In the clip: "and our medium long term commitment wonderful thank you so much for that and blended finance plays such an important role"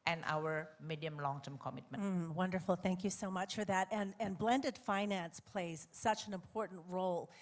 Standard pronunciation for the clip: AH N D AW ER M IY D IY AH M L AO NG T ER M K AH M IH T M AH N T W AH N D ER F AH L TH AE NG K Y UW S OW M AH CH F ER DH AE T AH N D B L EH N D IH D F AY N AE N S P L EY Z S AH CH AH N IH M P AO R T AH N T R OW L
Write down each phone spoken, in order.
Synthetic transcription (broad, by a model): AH N AW ER M IY D IY AH M L AO NG T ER M K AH M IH T M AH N W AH N D ER F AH L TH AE NG K Y UW S OW M AH CH F ER DH AE T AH N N B L EH N D IH D F AY N AE N S P L EY Z S AH CH AH N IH M P AO R T N T R OW L